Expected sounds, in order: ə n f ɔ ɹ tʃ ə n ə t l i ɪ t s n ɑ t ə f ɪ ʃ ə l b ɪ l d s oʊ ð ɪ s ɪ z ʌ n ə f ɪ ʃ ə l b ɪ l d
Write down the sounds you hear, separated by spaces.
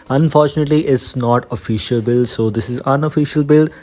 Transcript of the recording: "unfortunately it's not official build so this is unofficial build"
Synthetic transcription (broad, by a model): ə n f ɔ ɹ tʃ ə n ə t l i ɪ t s n ɑ t ə f ɪ ʃ ə l b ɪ l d s oʊ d ɪ s ɪ z ʌ n ə f ɪ ʃ ə l b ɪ l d